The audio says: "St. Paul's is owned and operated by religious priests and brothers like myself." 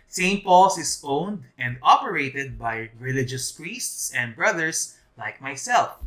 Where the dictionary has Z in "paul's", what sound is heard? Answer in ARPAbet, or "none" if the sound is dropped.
S